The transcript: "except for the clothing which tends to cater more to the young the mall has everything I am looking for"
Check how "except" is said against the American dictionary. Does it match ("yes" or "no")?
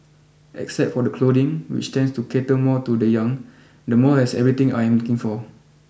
yes